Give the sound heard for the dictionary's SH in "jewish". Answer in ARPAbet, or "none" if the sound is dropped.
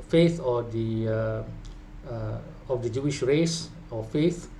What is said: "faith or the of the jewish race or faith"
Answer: SH